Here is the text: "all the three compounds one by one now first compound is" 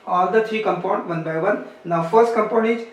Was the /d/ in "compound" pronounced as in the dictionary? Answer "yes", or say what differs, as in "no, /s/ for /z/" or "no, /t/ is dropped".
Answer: no, /d/ is dropped